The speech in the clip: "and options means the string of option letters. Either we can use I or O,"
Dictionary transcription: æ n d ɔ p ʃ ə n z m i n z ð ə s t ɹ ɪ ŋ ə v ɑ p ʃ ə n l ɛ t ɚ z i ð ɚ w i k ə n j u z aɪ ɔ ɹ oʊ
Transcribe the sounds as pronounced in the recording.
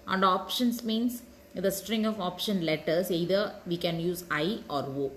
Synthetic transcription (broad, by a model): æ n d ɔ p ʃ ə n s m i n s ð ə s t ɹ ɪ ŋ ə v ɑ p ʃ ə n l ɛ t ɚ s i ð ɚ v i k ə n j u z aɪ ɔ ɹ oʊ